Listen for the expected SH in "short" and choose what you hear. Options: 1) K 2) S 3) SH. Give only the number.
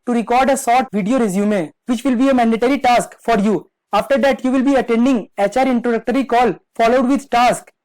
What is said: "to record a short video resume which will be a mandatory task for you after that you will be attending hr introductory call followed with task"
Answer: 2